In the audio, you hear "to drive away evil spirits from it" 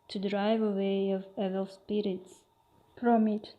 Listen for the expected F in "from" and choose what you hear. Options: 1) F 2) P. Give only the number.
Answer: 2